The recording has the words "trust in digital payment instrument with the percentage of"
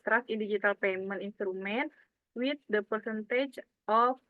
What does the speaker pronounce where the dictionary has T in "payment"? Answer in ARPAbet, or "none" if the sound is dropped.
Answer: none